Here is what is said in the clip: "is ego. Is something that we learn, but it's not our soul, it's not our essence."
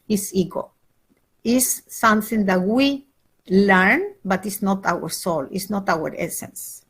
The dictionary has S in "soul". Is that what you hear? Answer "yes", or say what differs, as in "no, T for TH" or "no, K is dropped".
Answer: yes